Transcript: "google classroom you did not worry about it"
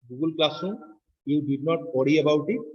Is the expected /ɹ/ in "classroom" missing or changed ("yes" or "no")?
yes